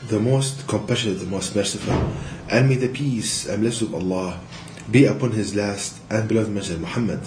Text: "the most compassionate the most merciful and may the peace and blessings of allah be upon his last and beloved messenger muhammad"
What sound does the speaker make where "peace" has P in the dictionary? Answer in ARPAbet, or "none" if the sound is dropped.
P